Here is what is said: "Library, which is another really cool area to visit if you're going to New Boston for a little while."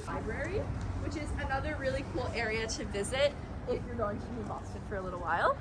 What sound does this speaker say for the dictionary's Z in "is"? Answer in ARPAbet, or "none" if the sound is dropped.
Z